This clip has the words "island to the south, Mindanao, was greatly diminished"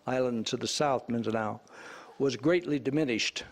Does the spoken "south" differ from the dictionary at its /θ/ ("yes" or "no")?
no